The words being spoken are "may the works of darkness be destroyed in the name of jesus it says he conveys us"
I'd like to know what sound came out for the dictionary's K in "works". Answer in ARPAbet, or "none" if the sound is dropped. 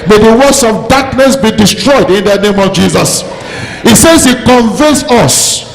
none